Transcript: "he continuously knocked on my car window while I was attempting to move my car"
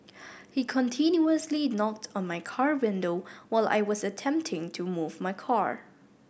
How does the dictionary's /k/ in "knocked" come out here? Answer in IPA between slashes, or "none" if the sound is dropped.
/k/